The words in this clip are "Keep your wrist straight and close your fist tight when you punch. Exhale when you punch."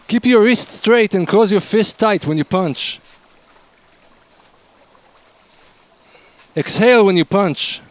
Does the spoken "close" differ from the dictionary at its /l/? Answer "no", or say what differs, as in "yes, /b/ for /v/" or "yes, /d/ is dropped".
yes, /l/ is dropped